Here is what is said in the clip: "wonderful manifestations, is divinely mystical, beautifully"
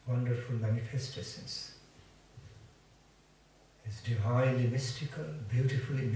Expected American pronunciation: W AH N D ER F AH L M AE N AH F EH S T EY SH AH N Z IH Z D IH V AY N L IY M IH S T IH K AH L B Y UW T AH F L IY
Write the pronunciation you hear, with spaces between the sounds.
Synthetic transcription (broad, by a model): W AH N D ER F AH L M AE N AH F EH S T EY S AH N S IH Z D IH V AY L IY M IH S T IH K AH L B Y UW T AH F L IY